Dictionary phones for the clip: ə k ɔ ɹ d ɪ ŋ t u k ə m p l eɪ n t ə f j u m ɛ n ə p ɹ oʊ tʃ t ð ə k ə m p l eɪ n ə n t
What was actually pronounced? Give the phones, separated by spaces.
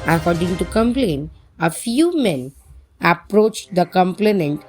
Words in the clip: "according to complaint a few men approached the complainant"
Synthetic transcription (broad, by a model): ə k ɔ ɹ d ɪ ŋ t u k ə m p l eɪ n ə f j u m ɛ n ə p ɹ oʊ tʃ t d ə k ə m p l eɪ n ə n t